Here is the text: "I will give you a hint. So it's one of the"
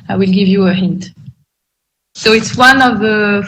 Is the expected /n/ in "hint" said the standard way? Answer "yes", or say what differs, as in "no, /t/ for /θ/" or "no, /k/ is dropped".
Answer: yes